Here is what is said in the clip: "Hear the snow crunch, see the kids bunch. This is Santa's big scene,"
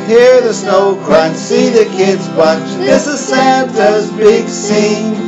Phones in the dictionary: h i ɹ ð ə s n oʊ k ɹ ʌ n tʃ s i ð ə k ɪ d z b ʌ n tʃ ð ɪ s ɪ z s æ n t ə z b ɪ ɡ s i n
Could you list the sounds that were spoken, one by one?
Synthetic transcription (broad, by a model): h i ɹ ð ə s n oʊ k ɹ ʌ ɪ s i ð ə k ɪ d z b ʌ tʃ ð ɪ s ɪ z s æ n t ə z b ɪ ɡ s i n